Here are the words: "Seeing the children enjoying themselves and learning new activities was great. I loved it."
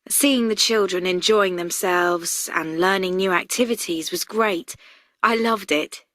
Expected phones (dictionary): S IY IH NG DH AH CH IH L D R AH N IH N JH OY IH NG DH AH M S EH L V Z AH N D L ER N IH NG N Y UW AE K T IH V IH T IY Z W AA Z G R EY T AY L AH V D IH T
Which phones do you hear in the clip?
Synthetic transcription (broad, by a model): S IY IH NG DH AH CH IH L D R AH N IH N JH OY IH NG DH AH M S EH L V Z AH N L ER N IH NG N Y UW AE K T IH V IH T IY Z W AA Z G R EY T AY L AH V D IH T